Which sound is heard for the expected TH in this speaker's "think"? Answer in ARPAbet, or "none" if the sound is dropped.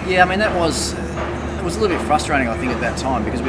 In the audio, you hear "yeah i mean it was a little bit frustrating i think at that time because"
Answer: TH